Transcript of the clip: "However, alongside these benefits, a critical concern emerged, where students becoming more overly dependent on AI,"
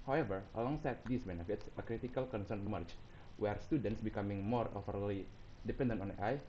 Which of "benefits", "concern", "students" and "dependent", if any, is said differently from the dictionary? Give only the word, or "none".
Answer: none